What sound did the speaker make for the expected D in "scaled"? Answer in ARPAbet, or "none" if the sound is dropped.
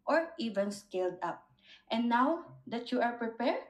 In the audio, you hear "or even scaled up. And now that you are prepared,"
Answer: D